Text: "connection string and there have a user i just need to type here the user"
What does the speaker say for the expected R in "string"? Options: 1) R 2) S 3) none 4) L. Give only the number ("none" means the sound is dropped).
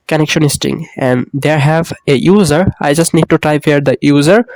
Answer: 3